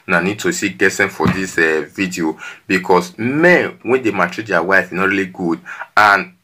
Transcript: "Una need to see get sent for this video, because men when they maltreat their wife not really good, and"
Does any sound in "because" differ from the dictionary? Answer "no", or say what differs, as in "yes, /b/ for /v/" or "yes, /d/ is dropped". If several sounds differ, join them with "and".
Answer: yes, /s/ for /z/